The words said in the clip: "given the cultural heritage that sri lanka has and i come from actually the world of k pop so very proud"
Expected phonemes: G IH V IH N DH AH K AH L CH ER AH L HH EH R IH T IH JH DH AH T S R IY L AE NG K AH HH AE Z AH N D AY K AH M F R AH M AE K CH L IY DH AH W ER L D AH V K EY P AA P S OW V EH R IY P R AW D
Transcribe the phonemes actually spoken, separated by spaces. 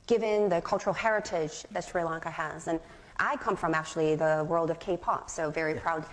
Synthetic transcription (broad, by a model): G IH V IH N DH AH K AH L CH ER L HH EH R IH T IH JH DH AH T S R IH L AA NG K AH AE Z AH N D AY K AH M F R AH M AE K CH L IY DH AH W ER L D AH V K EY P AA P S OW V EH R IY P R AW D